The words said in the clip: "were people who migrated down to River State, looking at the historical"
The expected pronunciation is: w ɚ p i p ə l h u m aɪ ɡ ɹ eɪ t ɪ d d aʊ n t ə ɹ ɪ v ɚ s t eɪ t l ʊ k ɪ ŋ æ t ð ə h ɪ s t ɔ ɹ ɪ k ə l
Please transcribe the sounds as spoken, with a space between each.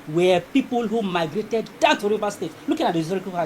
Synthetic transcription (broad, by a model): w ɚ p i p ə l h u m aɪ ɡ ɹ eɪ t ɪ d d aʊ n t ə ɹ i v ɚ s t eɪ t l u k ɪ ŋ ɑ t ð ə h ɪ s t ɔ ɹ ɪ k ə